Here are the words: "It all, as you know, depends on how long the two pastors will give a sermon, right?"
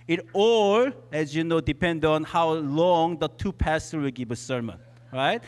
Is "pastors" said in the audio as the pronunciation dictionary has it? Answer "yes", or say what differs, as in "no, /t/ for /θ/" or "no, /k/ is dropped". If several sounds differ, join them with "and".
no, /z/ is dropped